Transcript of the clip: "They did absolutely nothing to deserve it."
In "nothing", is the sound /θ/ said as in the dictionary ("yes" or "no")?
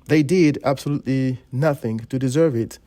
yes